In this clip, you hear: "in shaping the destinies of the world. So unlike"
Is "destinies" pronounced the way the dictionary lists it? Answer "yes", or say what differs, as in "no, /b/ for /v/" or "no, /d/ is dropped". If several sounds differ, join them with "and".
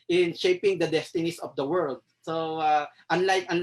no, /s/ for /z/